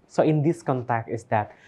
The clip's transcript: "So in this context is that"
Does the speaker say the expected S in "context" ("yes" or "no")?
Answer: no